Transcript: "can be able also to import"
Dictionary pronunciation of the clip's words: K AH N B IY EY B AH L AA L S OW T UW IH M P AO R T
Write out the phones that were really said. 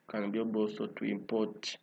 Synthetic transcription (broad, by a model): K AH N B IY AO B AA S OW T UW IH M P AO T